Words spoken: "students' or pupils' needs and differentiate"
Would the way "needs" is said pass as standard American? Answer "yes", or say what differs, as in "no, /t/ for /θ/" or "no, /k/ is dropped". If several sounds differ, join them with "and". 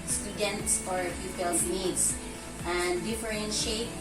no, /s/ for /z/